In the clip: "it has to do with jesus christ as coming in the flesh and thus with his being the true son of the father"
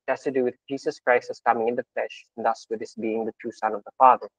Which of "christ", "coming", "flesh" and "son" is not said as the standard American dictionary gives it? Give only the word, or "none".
none